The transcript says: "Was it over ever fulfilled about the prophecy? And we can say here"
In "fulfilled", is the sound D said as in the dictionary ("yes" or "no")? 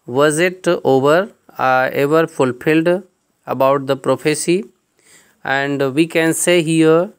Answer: yes